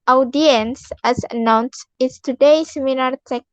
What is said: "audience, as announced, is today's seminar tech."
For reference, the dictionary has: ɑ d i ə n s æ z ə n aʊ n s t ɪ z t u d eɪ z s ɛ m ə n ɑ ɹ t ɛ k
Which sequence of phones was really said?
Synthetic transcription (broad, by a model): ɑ d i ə n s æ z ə n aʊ n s ɪ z t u d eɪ s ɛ m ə l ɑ ɹ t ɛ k